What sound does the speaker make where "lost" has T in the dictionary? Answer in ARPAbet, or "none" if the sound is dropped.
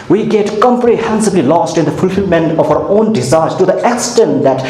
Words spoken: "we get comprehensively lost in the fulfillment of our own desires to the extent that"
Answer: T